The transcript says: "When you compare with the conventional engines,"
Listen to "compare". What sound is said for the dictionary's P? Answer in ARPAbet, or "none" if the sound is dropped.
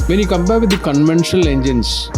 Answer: B